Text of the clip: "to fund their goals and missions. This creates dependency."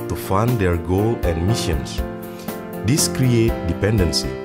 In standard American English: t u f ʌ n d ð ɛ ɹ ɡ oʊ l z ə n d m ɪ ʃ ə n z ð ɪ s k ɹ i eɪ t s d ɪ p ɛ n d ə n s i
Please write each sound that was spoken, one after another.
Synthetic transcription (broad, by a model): t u f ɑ n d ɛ ɹ ɡ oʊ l ə n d m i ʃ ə n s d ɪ s k ɹ i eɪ t d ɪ p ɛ n d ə n s i